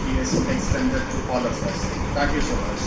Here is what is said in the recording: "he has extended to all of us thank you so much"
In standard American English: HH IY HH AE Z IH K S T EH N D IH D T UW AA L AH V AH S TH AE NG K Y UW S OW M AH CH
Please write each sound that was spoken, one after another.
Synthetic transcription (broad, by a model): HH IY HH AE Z IH K S T EH N D IH D T UW AA L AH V AH S T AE K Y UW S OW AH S